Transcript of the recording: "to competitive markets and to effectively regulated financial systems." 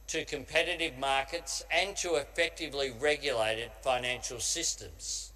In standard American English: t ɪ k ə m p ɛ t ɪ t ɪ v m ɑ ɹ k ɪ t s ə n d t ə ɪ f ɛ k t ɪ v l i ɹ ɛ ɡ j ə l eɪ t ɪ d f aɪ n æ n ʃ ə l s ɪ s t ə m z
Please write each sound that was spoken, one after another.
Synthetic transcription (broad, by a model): t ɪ k ə m p ɛ t ɪ t ɪ v m ɑ ɹ k ɪ t s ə n t ə ɪ f ɛ k t ɪ v l i ɹ ɛ ɡ j ə l eɪ t ɪ d f aɪ n æ n ʃ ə l s ɪ s t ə m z